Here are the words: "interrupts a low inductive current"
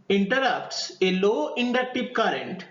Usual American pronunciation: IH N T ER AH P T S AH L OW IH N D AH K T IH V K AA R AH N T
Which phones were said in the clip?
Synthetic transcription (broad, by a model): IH N T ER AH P T S AH L OW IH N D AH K T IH P K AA R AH N T